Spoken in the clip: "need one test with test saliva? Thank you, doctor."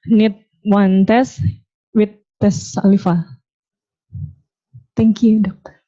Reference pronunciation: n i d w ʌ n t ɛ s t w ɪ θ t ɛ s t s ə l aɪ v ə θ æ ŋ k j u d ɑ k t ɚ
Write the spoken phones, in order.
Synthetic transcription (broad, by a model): n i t w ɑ n t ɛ s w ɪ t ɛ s s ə l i f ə t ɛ ŋ k j u d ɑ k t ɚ